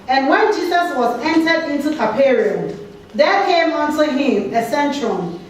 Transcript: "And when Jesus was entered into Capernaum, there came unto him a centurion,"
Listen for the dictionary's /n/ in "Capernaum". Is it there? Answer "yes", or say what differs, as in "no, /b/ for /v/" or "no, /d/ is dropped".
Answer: no, /n/ is dropped